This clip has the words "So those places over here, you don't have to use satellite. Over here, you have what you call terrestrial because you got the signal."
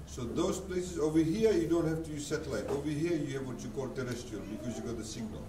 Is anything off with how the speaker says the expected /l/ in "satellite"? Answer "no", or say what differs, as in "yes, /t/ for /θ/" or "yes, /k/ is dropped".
no